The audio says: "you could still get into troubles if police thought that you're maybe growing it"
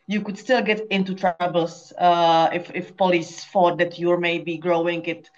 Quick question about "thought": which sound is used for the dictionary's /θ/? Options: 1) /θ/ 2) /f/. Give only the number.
2